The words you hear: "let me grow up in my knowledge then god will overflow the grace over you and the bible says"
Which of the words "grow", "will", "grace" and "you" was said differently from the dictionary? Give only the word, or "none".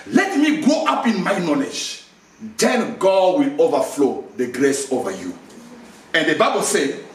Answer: grow